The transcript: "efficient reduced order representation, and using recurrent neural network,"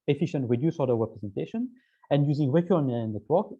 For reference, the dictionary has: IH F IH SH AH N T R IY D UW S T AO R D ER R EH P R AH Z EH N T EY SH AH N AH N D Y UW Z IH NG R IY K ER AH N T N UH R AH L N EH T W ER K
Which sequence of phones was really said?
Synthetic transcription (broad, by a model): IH F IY SH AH N T W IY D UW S AO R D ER R EH P R AH Z EH N T EY SH AH N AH N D Y UW Z IH NG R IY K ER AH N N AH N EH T W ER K